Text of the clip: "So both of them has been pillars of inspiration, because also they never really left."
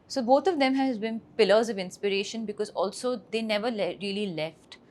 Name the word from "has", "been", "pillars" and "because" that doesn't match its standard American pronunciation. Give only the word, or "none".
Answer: none